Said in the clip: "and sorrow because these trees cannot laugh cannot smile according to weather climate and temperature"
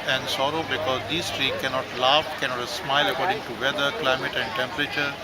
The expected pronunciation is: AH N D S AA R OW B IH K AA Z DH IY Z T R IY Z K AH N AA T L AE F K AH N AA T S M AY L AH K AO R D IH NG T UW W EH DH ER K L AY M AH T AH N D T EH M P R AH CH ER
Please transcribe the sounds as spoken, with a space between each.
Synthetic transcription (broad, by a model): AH N D S AA R OW B IH K AA Z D IY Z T R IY K AH N AA T L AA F K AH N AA T S M AY L AH K AO R D IH NG T UW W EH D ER K L AY M AH T AH N D T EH M P R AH CH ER